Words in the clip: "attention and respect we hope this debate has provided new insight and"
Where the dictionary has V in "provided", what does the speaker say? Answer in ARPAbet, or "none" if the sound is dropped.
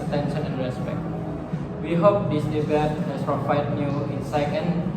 F